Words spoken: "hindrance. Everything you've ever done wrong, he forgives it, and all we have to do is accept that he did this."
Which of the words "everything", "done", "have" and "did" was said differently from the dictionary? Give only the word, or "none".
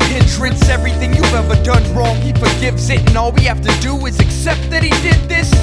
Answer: have